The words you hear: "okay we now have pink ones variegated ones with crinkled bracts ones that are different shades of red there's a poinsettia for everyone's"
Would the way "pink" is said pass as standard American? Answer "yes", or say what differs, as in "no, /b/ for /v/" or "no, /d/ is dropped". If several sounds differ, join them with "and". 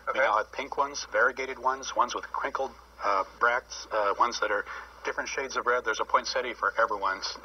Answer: yes